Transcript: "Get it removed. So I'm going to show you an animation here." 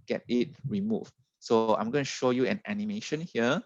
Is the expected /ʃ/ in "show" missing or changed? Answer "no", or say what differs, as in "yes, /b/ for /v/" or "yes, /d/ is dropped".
no